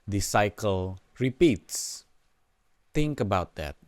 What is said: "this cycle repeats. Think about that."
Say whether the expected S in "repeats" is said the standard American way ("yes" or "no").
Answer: yes